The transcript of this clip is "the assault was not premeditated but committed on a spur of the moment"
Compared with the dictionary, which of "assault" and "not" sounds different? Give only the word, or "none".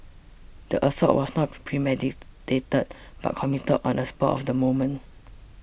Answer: assault